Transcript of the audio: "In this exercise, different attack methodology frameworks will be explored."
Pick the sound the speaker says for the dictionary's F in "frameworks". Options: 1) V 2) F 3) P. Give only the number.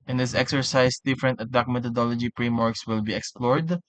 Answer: 3